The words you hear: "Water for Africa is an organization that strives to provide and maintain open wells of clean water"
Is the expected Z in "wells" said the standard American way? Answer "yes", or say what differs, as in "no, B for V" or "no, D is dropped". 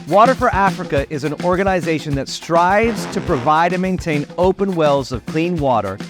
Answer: yes